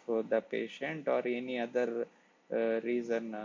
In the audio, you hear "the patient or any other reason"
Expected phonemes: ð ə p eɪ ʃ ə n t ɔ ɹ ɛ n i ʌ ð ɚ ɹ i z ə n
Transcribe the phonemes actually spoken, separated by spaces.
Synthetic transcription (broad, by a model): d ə p eɪ ʃ ə n t ɔ ɹ ɛ n i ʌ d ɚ ɹ i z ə n